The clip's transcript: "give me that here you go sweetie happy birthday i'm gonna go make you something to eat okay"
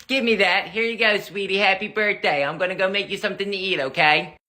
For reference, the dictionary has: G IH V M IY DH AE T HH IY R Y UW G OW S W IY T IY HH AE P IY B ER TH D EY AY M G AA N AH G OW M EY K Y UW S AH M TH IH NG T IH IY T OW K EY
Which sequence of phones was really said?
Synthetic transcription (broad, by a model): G IH V M IY DH AE T HH IY R Y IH G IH S W IY T IY HH AE P IY B ER TH D EY AY M G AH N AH G OW M EY K Y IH S AH M TH IH NG T IH IY T OW K EY